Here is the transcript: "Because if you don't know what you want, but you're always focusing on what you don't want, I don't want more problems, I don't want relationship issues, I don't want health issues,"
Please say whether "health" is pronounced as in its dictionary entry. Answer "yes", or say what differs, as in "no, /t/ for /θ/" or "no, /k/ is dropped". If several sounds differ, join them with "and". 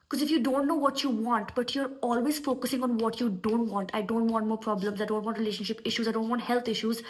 no, /t/ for /θ/